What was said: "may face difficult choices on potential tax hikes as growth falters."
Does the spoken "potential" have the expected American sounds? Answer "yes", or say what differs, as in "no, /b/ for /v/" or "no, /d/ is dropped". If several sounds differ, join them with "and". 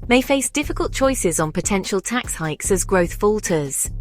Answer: yes